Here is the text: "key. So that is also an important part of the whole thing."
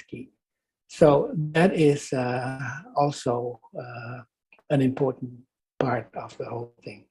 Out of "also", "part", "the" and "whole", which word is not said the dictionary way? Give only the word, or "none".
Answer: none